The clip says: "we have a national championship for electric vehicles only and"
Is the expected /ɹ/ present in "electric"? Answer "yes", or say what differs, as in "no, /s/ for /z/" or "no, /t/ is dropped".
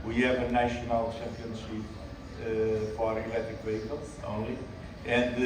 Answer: no, /ɹ/ is dropped